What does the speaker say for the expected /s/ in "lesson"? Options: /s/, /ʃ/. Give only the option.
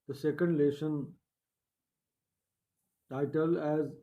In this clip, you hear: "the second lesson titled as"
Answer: /ʃ/